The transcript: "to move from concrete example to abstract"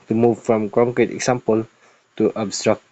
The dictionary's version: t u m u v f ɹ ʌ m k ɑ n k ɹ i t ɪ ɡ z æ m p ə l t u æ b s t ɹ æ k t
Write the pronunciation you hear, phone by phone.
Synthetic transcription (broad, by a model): t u m u v f ɹ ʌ m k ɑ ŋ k i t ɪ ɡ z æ m p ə l t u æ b s t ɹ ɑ k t